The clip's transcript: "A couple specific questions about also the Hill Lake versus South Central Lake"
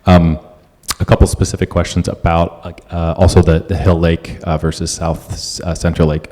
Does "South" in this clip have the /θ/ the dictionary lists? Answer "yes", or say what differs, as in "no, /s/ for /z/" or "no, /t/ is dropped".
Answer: yes